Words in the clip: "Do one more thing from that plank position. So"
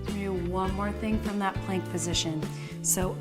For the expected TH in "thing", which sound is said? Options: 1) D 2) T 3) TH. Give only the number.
3